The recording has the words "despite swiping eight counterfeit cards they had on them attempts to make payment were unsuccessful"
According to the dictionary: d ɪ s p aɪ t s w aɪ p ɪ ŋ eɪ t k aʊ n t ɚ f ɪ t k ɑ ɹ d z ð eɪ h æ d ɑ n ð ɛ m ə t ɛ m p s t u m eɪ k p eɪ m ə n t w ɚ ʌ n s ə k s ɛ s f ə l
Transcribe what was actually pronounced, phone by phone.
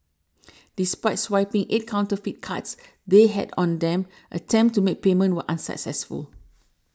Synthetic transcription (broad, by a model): d ɪ s p aɪ t s w aɪ p ɪ ŋ eɪ t k aʊ n t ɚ f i t k ɑ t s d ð eɪ h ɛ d ɑ n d ɛ m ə t ɛ m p t u m eɪ k p eɪ m ə n t w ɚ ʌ n s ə k s ɛ s f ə l